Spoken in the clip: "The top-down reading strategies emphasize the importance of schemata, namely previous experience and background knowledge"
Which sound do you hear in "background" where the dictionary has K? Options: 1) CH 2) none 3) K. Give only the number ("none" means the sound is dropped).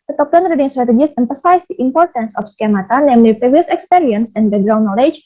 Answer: 2